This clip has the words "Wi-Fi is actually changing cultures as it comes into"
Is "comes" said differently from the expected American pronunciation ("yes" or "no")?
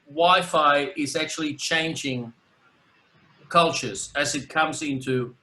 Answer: no